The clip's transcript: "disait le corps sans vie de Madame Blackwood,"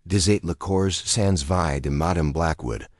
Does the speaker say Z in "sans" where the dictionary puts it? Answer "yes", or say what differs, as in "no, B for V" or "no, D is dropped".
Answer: yes